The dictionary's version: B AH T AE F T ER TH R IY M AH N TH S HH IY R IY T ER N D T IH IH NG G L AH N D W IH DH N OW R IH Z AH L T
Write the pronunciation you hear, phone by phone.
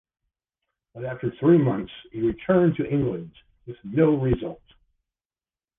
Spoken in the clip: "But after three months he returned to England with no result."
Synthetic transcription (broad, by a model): B AH T AE F T ER TH R IY M AH N TH S HH IY R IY T ER N T IH IH NG G L AH N D W IH DH N OW R IH Z AH L T